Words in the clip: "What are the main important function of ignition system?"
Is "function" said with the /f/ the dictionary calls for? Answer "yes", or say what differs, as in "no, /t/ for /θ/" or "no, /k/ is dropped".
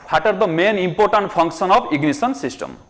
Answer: no, /p/ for /f/